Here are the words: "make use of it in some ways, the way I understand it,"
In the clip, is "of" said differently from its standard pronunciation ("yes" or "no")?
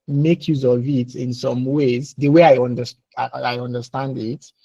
no